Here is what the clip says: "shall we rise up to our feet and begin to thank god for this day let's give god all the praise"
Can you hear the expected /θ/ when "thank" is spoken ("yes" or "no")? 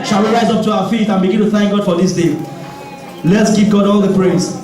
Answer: yes